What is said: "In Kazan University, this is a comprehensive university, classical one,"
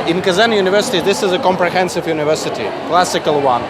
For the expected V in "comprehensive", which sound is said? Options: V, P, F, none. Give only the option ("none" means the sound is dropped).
V